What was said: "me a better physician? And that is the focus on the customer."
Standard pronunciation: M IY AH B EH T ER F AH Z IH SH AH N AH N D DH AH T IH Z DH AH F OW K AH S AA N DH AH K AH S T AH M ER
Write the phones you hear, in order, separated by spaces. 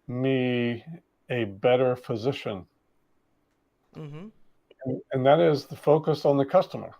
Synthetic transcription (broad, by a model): M IY AH B EH T ER F AH Z IH SH AH N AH N DH AH T IH Z DH AH F OW K AH S N DH AH K AH S T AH M ER